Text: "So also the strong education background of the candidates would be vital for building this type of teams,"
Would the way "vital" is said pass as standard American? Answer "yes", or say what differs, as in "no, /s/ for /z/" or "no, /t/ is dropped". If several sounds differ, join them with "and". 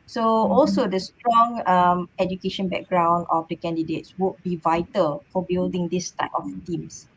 yes